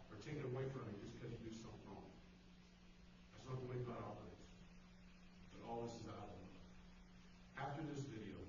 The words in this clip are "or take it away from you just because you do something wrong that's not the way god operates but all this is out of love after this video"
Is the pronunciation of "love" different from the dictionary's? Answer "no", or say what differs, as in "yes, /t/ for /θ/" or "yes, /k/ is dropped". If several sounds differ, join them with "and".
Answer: yes, /v/ is dropped